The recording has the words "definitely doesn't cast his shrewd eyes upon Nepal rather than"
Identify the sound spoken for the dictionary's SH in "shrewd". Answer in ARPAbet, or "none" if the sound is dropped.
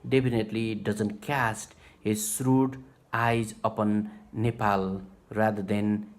S